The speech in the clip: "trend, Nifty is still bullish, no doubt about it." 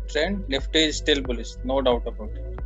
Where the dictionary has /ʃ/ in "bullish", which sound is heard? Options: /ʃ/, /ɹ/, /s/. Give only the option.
/s/